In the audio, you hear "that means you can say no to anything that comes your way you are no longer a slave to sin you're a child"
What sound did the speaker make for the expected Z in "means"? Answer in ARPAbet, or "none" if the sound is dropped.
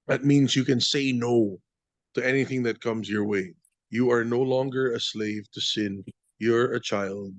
Z